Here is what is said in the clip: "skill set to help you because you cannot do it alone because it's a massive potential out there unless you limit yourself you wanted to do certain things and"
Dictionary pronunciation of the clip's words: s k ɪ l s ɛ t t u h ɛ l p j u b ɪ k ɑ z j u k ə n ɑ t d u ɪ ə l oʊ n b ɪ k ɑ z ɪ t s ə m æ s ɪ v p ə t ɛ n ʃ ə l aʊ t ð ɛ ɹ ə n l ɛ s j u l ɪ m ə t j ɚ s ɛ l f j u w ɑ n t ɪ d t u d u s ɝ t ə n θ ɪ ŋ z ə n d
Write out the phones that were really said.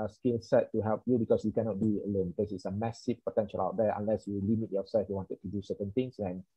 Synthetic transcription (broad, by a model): s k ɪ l s ɛ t t u h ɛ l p j u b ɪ k ɑ s j u k ə n ɑ t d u ə l oʊ n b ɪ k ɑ s ɪ t s ə m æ s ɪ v p ə t ɛ n ʃ ə l aʊ t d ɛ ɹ ə n l ɛ s j u l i m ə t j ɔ s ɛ l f j u w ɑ n t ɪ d t u d u s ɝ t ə n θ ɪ ŋ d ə n